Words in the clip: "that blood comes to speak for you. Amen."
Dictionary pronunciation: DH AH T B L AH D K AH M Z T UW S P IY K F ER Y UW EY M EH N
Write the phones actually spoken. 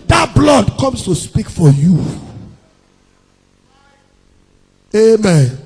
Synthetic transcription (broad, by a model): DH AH T B L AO D K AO M S T UW S P IY K F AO Y UW EY M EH N